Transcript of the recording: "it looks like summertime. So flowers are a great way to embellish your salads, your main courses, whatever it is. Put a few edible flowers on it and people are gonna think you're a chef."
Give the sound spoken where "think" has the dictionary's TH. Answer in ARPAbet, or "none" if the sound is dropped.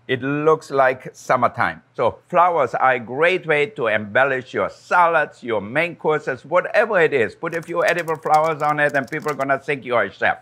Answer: S